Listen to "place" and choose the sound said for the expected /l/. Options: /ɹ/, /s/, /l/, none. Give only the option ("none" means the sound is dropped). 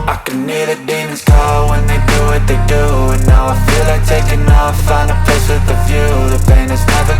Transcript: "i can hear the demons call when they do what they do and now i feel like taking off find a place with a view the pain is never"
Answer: none